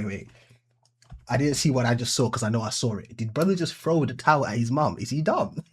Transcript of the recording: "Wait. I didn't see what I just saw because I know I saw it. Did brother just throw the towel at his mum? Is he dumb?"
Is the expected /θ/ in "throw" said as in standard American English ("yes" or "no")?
no